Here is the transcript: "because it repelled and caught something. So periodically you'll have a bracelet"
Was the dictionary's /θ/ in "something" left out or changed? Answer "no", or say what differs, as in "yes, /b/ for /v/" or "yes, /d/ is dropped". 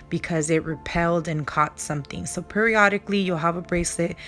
no